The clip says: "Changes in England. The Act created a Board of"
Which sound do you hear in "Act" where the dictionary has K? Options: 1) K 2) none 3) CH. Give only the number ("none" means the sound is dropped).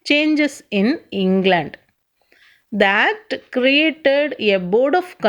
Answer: 2